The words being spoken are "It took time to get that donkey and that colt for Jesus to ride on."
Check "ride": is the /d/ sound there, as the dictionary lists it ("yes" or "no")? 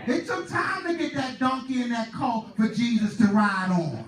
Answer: yes